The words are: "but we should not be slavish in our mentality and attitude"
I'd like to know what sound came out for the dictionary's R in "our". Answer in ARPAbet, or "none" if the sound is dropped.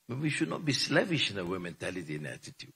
W